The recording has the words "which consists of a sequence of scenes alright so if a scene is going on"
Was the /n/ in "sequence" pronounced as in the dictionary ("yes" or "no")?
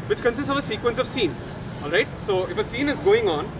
yes